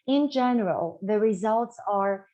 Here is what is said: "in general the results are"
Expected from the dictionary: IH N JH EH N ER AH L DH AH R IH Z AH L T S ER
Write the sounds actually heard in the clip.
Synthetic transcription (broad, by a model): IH N JH EH N ER AH L DH AH R IH Z AH L T S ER